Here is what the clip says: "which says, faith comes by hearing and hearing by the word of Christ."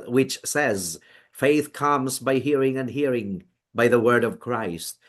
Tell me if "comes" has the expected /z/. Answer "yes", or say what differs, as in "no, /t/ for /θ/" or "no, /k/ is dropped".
yes